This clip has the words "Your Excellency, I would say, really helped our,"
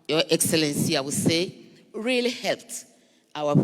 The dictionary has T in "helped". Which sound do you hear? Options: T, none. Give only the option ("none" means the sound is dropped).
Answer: T